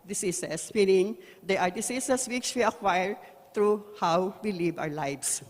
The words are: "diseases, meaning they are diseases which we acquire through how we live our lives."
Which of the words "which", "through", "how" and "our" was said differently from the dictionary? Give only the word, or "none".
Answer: through